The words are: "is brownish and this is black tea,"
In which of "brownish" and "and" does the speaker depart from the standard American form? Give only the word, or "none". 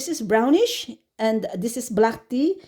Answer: none